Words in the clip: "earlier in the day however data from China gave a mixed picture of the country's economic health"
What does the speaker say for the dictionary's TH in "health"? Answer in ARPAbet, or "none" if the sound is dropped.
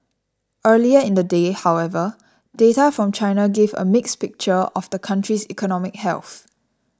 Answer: TH